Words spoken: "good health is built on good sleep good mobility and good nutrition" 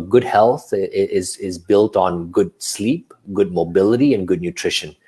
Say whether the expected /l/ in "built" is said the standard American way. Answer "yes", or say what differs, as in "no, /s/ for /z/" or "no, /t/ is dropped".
yes